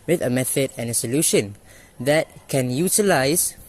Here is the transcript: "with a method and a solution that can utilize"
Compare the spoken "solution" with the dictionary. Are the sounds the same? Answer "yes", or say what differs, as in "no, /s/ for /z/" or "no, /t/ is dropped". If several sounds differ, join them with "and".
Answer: yes